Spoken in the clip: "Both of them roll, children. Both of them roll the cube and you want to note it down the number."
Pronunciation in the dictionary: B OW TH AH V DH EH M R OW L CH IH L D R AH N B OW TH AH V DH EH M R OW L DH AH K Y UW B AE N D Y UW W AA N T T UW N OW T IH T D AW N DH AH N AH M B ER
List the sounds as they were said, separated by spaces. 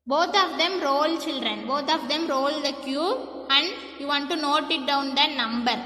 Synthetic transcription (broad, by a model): B OW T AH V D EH M R OW L CH IH L D R AH N B OW T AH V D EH M R OW L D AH K Y UW AE N D Y UW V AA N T T UW N OW T IH T D AW N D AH N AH M B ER